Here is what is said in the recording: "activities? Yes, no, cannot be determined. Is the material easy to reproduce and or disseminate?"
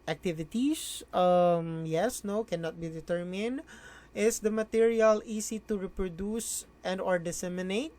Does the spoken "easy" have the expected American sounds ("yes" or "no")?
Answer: no